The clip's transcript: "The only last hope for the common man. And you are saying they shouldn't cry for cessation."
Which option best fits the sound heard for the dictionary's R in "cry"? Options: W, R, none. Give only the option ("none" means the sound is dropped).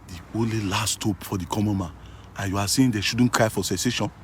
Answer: R